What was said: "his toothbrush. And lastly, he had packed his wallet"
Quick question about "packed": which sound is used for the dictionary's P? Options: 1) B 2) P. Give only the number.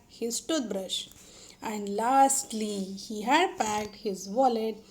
2